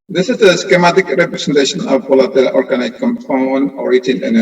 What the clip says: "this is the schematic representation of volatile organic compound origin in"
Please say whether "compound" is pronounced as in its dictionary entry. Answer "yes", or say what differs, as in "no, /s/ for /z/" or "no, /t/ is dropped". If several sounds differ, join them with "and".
no, /d/ is dropped